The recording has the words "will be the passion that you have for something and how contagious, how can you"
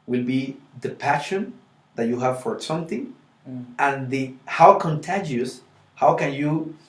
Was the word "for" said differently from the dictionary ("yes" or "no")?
no